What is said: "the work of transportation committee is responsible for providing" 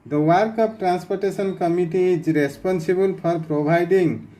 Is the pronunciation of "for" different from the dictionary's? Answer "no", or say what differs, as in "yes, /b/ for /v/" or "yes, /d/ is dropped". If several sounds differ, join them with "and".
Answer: yes, /p/ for /f/